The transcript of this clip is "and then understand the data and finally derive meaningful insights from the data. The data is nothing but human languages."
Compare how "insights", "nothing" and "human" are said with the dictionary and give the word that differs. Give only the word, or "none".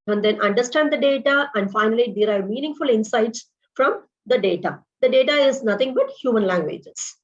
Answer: nothing